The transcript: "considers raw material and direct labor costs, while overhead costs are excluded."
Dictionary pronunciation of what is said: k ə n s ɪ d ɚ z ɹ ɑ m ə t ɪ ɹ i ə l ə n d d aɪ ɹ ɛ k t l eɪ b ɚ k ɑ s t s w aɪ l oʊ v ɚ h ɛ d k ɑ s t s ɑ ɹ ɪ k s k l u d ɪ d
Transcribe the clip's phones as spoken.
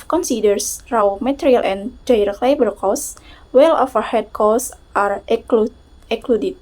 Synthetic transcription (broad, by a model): k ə n s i d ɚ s ɹ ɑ m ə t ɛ ɹ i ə l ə n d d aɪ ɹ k l eɪ b ɚ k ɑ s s w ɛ l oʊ f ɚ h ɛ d k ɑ s t ɑ ɹ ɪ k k l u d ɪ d